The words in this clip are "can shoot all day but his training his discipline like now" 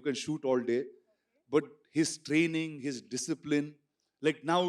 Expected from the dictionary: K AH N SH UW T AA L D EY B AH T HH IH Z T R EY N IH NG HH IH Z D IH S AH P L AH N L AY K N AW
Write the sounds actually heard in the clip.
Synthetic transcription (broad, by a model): K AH N SH UW T AA L D EY B AH T HH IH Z T R EY N IH NG HH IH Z D IH S AH P L AH N L AY K N AW